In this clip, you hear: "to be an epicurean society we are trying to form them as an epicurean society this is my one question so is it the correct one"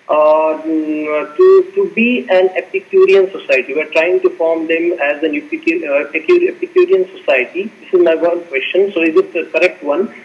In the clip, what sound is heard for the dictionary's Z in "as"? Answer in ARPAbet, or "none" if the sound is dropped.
Z